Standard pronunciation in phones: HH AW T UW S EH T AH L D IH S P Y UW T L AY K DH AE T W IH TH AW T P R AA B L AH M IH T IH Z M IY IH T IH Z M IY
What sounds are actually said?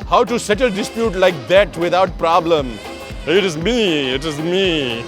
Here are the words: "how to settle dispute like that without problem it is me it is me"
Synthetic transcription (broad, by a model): HH AW T UW S EH T AH L D IH S P Y UW T L AY K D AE T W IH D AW T P R AA B L AH M IH T IH Z M IY IH T IH Z M IY